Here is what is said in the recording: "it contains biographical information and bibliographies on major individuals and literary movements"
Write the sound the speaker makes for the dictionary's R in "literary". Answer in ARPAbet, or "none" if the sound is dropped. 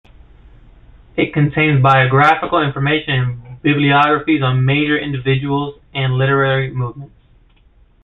R